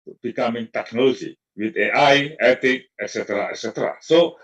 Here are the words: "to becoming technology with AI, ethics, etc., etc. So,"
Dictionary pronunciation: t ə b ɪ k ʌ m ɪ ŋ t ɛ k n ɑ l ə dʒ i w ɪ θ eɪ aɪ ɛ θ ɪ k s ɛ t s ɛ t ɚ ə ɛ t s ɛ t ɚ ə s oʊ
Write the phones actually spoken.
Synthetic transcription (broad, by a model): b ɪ k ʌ m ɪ ŋ t ɛ k n ɑ l ə dʒ i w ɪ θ eɪ aɪ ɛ t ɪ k ɛ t s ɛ t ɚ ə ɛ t s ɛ t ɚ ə s oʊ